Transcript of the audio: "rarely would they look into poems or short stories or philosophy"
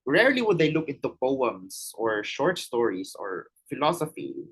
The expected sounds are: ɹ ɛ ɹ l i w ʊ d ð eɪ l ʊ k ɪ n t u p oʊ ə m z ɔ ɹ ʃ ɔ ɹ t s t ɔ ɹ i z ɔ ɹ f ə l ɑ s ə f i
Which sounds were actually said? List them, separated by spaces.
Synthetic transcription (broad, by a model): ɹ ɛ ɹ l i w ʊ d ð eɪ l ʊ k ɪ n t u p oʊ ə m s ɔ ɹ ʃ ɔ ɹ t s t ɔ ɹ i s ɔ ɹ f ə l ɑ s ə f i